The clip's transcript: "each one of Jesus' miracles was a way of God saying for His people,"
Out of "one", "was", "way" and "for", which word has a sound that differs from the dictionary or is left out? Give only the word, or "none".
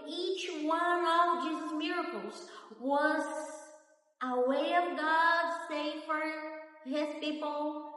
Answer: none